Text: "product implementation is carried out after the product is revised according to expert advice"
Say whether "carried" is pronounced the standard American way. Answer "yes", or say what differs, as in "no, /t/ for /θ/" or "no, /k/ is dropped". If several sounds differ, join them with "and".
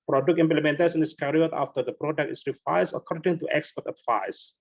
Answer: no, /d/ is dropped